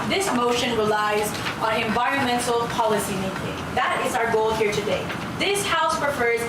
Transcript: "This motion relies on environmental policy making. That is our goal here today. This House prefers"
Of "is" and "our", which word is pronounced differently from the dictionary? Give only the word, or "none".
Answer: none